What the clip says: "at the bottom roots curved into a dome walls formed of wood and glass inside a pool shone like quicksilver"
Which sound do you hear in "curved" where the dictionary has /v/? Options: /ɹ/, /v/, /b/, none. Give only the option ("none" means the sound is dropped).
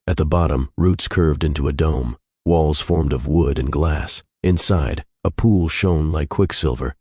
/v/